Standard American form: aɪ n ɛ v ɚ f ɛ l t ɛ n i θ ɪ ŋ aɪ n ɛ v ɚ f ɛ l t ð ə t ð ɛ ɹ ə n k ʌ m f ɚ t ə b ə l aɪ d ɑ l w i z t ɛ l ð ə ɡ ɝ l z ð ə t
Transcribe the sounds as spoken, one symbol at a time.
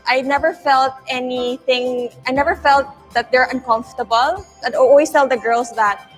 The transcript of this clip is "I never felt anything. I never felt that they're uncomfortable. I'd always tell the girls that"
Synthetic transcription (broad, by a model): aɪ n ɛ v ɚ f ɛ l t ɛ n i θ ɪ ŋ aɪ n ɛ v ɚ f ɛ l t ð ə t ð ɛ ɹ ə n k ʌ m f t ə b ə l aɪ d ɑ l w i s t ɛ l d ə ɡ ɝ l s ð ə t